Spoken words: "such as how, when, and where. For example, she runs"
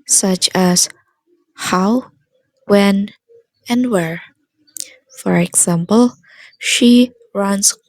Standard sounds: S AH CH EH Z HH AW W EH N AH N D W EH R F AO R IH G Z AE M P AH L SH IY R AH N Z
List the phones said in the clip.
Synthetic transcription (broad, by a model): S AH CH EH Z HH AW W EH N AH N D W EH R F AO R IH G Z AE M P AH L SH IY R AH N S